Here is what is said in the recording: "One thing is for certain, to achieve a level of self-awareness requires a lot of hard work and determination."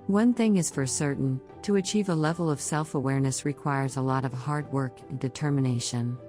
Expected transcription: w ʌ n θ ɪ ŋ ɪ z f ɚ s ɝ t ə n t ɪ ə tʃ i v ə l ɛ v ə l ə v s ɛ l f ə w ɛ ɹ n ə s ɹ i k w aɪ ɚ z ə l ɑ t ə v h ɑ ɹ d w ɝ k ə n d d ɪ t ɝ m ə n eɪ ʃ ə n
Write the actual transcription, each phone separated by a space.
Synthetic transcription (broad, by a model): w ʌ n θ ɪ ŋ ɪ z f ɚ s ɝ t n t ɪ ə tʃ i v ə l ɛ v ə l ə v s ɛ l f ə w ɛ ɹ n ə s ɹ i k w aɪ ɚ z ə l ɑ t ə v h ɑ ɹ d w ɝ k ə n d d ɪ t ɝ m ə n eɪ ʃ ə n